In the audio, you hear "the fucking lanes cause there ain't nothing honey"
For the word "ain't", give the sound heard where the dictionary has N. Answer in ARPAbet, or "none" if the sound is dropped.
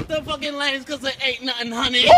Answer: none